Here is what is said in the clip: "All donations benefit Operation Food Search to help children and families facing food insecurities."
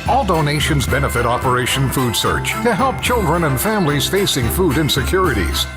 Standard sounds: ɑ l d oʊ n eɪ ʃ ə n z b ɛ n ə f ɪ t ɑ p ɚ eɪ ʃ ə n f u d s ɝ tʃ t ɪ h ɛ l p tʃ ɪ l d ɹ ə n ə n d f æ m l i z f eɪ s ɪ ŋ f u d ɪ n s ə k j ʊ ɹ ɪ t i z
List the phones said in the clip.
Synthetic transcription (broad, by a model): ɑ l d oʊ n eɪ ʃ ə n z b ɛ n ə f ɪ t ɑ p ɚ eɪ ʃ ə n f u d s ɝ tʃ t ɪ h ɛ l p tʃ ɪ l d ɹ ə n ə n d f æ m l i z f eɪ s ɪ ŋ f u d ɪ n s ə k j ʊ ɹ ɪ t i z